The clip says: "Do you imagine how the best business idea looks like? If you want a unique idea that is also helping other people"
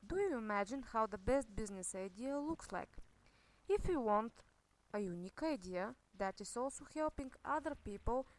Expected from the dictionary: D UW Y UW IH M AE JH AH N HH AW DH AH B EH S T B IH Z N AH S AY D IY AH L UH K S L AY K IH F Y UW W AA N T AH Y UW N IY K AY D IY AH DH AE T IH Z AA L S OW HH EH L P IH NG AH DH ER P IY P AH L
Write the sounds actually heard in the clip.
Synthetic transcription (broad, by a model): D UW Y UW IH M AE JH AH N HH AW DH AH B EH S T B IH Z N AH S AY D IY AH L UH K S L AY K IH F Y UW W AA N T AH Y UW N IY K AY D IY AH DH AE T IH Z AA L S OW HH EH L P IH NG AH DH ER P IY P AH L